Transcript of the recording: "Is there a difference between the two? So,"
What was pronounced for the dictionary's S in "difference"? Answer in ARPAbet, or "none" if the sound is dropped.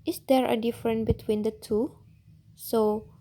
none